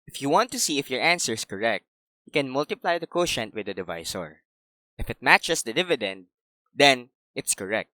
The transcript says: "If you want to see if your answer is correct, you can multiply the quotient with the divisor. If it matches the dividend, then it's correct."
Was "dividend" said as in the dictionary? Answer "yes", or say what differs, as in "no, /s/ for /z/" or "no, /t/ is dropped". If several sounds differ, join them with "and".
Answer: yes